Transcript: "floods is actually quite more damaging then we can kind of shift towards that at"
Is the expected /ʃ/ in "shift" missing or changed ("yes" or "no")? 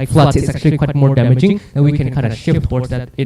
no